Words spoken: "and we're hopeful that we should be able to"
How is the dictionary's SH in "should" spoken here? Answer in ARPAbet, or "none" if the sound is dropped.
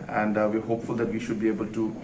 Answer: SH